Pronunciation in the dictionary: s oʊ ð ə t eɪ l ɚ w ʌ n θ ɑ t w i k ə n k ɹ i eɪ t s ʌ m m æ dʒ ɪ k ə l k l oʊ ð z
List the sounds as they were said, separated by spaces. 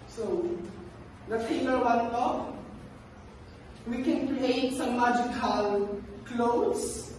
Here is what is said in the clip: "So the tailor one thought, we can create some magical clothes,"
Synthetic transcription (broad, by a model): s oʊ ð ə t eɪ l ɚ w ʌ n t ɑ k w i k ə n k ɹ i eɪ t s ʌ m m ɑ dʒ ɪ k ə l k l oʊ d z